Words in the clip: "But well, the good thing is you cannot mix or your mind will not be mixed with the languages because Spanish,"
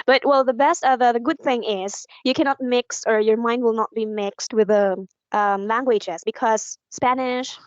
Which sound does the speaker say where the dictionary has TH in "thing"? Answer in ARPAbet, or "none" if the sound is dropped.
TH